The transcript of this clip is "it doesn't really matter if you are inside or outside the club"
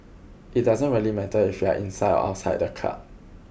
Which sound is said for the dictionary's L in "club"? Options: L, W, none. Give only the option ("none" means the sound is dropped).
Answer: none